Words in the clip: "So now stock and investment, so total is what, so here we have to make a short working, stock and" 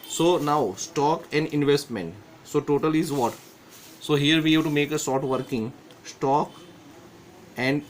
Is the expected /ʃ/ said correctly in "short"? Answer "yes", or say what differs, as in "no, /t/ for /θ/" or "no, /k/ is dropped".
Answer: no, /s/ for /ʃ/